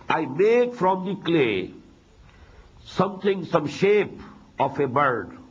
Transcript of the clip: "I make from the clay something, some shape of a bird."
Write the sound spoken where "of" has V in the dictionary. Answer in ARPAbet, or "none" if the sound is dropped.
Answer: F